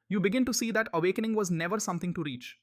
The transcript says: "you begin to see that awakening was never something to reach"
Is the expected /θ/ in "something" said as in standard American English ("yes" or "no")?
no